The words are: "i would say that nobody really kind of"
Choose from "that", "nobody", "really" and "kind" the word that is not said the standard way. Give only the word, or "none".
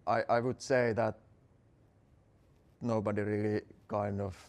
none